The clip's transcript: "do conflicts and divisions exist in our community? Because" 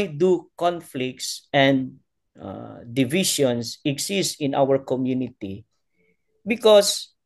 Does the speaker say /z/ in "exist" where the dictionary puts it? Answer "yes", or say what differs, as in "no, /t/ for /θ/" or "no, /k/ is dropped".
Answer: no, /s/ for /z/